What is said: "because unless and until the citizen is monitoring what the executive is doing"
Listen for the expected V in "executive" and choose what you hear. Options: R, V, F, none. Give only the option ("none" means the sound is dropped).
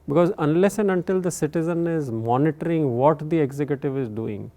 V